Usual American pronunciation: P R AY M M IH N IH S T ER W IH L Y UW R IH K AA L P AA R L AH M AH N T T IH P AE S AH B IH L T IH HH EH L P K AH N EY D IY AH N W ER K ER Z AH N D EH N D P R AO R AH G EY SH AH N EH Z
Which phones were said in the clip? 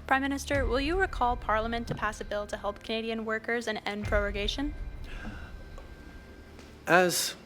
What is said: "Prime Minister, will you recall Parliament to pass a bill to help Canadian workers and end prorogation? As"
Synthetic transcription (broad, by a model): P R AY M M IH N IH S T ER W IH L Y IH R IH K AA L P AA R L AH M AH N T T IH P AE S AH B IH L T IH HH EH L P K AH N EY D IY AH N W ER K ER Z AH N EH N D P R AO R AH G EY SH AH N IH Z